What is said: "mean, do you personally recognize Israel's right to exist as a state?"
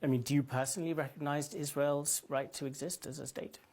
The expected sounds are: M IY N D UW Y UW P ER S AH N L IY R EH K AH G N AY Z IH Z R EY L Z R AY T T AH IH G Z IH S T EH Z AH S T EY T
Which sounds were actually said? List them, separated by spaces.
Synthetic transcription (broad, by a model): M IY N D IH Y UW P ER S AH N L IY R EH K AH G N AY Z IH Z R EY L Z R AY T T AH IH G Z IH S T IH Z AH S T EY T